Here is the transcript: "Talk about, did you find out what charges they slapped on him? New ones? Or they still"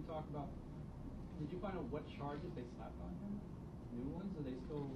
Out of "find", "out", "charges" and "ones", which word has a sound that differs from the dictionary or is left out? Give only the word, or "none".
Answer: none